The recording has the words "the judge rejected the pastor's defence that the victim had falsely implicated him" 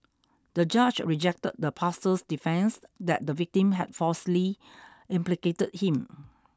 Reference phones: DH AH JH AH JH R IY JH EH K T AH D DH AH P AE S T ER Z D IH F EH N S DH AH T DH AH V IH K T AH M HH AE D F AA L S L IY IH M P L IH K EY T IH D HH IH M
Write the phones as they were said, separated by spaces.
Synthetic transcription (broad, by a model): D AH JH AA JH R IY JH EH K T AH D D AH P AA S T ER S D IH F EH N S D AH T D AH V IH K T AH M HH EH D F AA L S L IY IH M P L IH K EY T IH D HH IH M